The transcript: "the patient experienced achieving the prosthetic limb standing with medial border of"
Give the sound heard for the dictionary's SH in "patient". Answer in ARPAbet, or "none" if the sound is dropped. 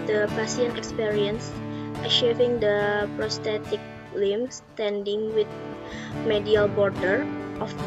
S